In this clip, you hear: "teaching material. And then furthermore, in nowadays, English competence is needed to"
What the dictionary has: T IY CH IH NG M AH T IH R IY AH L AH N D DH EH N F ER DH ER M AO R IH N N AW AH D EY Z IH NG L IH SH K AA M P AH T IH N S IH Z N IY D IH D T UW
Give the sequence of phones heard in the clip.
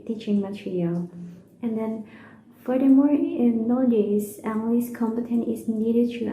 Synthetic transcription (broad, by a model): T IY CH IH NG M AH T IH R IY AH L AH N D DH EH N F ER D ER M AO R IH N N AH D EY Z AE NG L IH S K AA M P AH T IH N IH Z N IY D IH D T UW